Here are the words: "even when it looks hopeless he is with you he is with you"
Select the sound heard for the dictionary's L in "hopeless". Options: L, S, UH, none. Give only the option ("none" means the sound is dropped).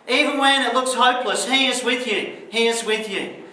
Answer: L